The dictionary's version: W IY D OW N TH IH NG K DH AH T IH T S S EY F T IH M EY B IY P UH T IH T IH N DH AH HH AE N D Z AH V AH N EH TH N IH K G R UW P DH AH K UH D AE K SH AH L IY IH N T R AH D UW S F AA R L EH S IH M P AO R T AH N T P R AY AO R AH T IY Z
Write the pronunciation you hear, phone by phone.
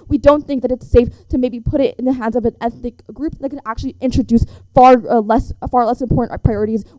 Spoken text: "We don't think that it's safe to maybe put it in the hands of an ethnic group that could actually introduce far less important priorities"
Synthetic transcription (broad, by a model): W IY D OW N TH IH NG K DH AH T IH T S S EY F T IH M EY B IY P UH T IH T IH N DH AH HH AE N D Z AH V AH N EH TH N IH K G R UW P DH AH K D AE K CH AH L IY IH N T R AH D UW S F AA R L EH S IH M P AO R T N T P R AY AO R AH T IY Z